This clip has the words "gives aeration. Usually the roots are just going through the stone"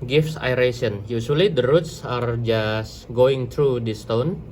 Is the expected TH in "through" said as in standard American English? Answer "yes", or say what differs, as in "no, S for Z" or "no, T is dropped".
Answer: no, T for TH